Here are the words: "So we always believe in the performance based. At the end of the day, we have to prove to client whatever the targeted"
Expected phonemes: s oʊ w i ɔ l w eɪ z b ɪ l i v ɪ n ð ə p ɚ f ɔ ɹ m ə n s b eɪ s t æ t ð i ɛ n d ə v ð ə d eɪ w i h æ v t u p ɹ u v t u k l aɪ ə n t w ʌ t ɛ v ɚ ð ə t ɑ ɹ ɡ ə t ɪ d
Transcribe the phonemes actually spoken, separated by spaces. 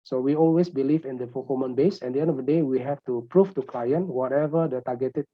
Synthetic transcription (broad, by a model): s oʊ w i ɔ l w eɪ s b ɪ l i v ɪ n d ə f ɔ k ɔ m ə n b eɪ s ɛ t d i ɛ n d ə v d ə d eɪ w i h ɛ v t u p ɹ u f t u k l aɪ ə n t w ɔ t ɛ v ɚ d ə t ɑ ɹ ɡ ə t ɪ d